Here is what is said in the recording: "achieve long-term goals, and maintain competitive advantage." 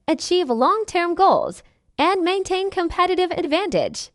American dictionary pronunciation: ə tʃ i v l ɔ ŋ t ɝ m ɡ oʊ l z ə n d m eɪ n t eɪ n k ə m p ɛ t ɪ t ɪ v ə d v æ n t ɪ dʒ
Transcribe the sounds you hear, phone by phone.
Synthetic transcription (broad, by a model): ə tʃ i v l ɔ ŋ t ɝ m ɡ oʊ l z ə n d m eɪ n t eɪ n k ə m p ɛ t ɪ t ɪ v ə d v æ n t ɪ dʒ